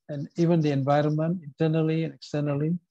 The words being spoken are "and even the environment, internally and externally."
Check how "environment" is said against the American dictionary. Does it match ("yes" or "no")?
yes